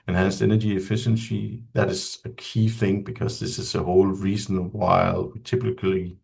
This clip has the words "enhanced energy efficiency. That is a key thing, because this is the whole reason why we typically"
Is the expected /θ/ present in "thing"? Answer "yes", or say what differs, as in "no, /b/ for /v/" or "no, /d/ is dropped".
yes